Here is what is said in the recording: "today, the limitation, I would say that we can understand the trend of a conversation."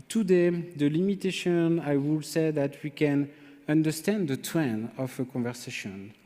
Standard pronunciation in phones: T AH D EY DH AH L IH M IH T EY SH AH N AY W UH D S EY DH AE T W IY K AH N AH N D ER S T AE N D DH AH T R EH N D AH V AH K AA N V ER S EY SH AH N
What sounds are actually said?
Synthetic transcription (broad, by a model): T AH D EY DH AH L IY M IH T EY SH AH N AY W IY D S EY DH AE T W IY K AH N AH N D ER S T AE N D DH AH T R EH N AH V AH K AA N V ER S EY SH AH N